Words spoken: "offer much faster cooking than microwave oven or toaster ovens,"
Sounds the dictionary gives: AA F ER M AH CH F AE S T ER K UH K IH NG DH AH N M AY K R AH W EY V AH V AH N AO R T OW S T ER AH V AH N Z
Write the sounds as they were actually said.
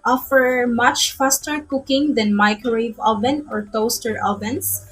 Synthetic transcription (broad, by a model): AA F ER M AH CH F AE S T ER K UH K IH NG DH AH N M AY K AH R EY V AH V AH N AO R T OW S T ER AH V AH N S